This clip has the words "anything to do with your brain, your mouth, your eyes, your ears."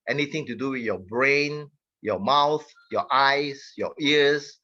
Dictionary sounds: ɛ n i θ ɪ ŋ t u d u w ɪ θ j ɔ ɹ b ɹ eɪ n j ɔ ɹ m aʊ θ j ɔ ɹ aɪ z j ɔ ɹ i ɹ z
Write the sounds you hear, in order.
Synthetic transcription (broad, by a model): ɛ n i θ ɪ ŋ t u d u w ɪ θ j ɔ b ɹ eɪ n j ɔ m aʊ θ j ɔ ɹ aɪ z j ɔ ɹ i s